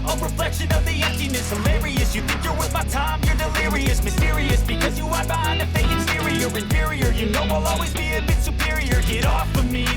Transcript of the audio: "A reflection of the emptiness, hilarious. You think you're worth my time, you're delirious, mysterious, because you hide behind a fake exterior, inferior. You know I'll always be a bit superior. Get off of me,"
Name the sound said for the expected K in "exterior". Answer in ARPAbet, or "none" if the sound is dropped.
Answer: none